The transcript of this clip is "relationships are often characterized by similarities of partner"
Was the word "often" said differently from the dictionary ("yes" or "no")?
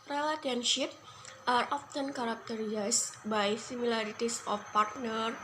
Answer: no